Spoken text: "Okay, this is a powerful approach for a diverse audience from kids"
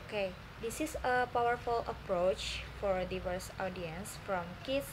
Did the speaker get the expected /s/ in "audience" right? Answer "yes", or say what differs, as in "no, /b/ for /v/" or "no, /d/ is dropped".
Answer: yes